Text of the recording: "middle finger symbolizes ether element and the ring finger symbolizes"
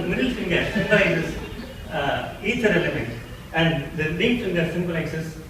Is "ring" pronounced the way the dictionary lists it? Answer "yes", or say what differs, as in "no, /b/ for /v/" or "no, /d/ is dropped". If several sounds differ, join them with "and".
no, /l/ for /ɹ/